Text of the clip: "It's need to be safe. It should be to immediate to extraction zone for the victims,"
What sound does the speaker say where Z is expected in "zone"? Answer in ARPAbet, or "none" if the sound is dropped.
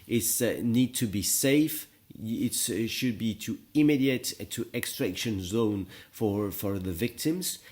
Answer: Z